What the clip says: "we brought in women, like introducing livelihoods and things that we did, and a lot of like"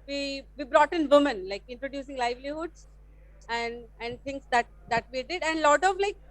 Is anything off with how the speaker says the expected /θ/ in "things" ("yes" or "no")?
yes